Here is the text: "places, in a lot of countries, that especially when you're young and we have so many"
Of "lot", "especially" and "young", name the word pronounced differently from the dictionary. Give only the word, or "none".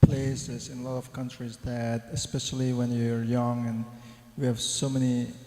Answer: none